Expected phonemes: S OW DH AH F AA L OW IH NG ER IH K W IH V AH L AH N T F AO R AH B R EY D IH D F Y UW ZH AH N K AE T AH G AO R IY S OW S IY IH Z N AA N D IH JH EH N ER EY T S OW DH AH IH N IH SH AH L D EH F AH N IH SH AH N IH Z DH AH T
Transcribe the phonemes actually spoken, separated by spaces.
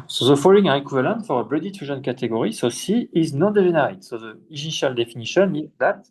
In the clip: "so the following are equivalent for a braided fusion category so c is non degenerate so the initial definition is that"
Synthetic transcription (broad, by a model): S OW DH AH F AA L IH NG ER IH K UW V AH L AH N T F AO R AH B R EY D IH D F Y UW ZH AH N K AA T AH G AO R IY S OW S IY IH Z N AA N D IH ZH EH N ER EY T S OW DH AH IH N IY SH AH L D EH F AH N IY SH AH N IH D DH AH T